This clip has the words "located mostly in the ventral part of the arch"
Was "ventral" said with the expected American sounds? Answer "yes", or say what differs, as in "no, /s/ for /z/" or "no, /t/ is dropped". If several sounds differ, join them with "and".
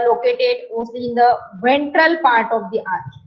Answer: yes